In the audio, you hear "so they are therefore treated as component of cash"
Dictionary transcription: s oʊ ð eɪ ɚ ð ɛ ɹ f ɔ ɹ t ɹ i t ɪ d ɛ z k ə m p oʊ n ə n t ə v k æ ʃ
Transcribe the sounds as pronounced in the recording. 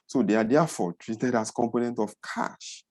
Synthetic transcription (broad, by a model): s oʊ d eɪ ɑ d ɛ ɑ f ɔ t ɹ i t ɪ d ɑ s k ə m p oʊ n ə n t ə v k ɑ ʃ